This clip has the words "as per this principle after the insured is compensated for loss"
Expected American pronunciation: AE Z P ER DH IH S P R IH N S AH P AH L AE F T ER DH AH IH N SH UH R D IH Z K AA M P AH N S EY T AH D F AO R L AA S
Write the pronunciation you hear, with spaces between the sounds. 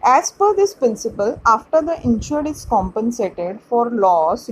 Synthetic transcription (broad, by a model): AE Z F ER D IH S P R IH N S AH P AH L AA F T ER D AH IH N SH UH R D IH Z K AA M P AH N S EY T AH D F AO R L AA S